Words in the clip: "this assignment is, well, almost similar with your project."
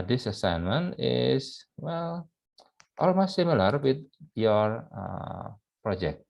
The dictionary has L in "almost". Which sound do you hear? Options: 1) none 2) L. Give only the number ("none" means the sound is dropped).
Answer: 2